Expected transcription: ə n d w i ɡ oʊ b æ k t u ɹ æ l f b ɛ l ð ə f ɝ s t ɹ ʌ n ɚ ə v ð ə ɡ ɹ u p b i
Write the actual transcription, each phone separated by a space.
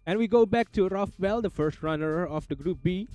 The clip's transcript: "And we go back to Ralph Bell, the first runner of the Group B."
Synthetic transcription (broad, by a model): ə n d w i ɡ oʊ b æ k t u ɹ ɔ f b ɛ l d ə f ɝ s t ɹ ʌ n ɚ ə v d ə ɡ ɹ u p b i